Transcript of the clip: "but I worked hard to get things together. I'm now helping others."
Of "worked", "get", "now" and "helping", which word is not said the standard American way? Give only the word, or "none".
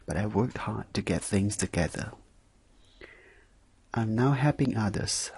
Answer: helping